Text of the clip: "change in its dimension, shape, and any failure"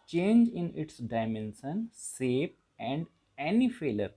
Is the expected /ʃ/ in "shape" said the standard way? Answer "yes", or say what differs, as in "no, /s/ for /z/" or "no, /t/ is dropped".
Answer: no, /s/ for /ʃ/